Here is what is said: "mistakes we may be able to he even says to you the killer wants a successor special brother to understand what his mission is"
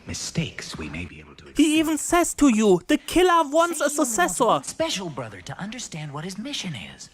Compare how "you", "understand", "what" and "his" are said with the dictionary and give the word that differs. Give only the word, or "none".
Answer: none